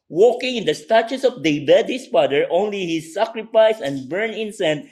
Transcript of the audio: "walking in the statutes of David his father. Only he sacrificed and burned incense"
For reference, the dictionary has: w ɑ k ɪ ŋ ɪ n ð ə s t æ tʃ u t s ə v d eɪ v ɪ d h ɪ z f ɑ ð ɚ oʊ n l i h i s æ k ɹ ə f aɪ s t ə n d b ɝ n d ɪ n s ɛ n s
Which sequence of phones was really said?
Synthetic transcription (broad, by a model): w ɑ k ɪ ŋ ɪ n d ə s t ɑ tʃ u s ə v d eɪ b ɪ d h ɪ s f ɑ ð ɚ oʊ n l i h i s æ k ɹ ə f aɪ s ə n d b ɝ n ɪ n s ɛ n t